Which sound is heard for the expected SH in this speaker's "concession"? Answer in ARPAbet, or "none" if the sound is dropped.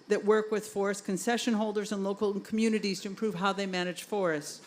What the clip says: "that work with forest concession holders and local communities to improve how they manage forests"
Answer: SH